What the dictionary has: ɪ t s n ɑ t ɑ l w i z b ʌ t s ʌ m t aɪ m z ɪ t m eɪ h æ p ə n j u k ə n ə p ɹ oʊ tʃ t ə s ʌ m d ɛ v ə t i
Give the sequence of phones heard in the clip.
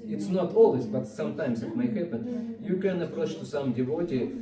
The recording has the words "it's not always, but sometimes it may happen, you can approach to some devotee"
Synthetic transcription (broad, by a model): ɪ t s n ɑ t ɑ l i s b ʌ t s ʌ m t aɪ m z ɪ t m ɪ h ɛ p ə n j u k ə n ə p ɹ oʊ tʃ t ə s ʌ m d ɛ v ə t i